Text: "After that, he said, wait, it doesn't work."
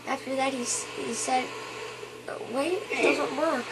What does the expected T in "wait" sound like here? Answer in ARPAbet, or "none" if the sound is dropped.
none